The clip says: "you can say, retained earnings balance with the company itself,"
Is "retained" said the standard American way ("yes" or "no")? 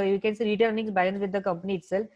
no